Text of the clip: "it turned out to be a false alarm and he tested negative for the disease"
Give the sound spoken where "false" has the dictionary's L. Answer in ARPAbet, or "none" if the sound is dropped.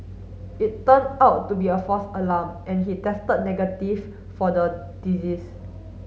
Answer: none